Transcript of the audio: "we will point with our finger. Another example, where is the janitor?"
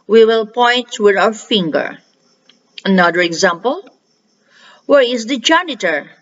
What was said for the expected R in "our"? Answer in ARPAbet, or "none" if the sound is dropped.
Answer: W